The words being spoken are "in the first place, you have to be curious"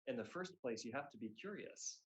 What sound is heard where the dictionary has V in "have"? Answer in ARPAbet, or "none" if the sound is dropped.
F